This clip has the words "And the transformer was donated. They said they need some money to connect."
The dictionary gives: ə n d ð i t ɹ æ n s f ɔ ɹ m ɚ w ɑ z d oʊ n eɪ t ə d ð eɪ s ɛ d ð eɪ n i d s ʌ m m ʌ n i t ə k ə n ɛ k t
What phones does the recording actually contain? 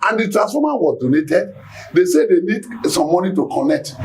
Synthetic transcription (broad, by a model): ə n d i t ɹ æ s ɔ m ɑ w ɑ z d oʊ n eɪ t ə d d eɪ s ɛ d eɪ n i d s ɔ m m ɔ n i t ə k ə n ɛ k t